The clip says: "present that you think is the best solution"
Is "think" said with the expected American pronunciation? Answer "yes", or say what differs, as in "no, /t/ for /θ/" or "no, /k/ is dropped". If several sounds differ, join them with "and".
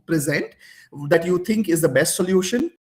no, /t/ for /θ/